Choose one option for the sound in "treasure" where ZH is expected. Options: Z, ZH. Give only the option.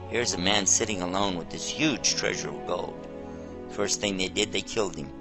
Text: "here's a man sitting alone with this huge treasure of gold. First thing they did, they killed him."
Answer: ZH